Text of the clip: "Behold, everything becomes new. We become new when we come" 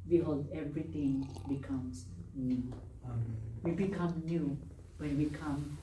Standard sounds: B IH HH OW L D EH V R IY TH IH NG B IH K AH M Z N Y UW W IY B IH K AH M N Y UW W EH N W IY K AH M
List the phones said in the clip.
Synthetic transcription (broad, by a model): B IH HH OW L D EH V R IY T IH NG B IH K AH M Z N Y UW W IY B IH K AH M N Y UW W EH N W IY K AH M